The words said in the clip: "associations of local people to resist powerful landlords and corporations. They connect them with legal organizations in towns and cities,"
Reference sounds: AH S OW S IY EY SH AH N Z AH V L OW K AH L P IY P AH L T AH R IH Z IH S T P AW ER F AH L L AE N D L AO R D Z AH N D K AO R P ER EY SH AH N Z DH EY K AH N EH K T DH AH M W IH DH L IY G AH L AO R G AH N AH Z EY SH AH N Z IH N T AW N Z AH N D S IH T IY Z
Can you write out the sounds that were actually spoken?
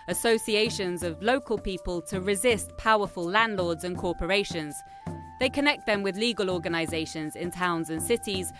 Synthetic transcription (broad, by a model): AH S OW S IY EY SH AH N Z AH V L OW K AH L P IY P AH L T AH R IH Z IH S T P AW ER F AH L L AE N D L AO D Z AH N K AO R P ER EY SH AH N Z DH EY K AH N EH K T DH AH M W IH DH L IY G AH L AO G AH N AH Z EY SH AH N Z IH N T AW N Z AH N S IH T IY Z